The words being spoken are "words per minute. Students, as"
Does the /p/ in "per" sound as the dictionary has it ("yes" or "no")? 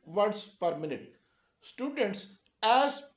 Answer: yes